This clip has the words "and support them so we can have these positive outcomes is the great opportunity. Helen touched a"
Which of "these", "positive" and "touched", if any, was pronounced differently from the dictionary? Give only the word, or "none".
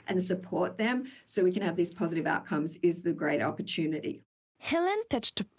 none